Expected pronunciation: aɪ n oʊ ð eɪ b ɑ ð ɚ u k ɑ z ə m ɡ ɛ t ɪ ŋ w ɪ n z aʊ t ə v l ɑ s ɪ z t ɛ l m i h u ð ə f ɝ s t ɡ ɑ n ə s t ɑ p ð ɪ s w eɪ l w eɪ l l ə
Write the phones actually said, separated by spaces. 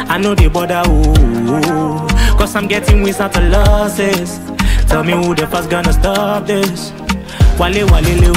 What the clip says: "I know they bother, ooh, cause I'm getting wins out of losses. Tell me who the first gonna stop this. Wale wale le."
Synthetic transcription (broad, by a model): aɪ n oʊ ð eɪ b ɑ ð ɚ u k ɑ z ə m ɡ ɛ t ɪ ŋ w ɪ z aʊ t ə l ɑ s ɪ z t ɛ l m i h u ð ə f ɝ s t ɡ ɑ n ə s t ɑ p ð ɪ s w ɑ l w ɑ l l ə